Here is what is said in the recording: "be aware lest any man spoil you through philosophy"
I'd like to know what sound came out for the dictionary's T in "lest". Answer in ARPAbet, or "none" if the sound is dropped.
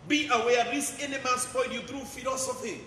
none